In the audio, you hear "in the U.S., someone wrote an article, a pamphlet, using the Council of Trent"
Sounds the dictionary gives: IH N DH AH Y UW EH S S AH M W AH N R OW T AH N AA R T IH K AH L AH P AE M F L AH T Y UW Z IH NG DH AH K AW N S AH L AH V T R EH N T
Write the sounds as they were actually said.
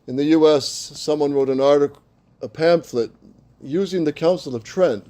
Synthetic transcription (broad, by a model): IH N DH AH Y UW EH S S AH M W AH N R OW T AH N AA R T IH K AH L AH P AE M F L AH T Y UW Z IH NG DH AH K AW N S L AH V T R EH N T